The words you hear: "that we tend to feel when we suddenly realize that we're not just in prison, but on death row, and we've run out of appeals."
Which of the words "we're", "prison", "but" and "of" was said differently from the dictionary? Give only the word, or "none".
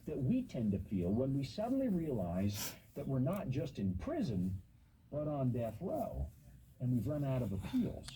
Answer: none